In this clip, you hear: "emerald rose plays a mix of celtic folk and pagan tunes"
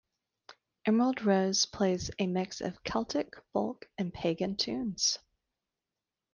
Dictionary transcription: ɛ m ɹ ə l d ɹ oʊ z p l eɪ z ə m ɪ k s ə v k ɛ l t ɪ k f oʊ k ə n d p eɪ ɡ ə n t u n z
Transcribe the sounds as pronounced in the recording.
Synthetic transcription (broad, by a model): ɛ m ɹ ə l d ɹ oʊ z p l eɪ z ə m ɪ k s ə v k ɛ l t ɪ k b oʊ k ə n p eɪ ɡ ə n t u n z